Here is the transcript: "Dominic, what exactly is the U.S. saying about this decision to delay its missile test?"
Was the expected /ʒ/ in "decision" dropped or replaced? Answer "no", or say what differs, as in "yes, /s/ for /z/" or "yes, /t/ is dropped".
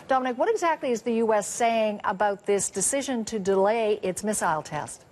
no